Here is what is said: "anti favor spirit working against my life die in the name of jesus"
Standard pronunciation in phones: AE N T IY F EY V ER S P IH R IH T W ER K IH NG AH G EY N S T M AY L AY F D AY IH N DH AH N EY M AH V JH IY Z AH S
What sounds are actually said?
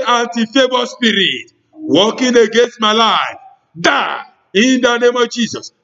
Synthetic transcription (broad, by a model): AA N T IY F EY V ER S P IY R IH T W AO K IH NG AH G EY N S T M AY L AY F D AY IH N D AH N EY M AH V JH IY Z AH S